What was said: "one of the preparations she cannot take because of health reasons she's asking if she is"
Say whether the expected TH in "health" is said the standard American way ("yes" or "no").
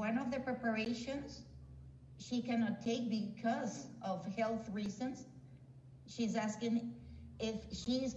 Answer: yes